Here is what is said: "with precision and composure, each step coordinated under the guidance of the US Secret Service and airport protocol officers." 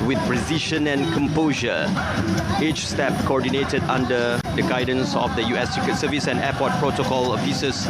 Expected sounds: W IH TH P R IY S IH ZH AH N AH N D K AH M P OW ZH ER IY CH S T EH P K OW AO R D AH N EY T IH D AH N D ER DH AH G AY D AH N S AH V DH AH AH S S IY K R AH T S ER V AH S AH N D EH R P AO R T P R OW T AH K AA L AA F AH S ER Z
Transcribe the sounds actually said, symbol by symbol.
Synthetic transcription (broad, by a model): W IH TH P R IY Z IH SH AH N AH N K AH M P OW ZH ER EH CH S T EH P K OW AO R D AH N EY T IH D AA N D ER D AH G AY D AH N S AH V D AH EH S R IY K AH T S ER V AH S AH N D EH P AO T P R OW T AH K AA L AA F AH S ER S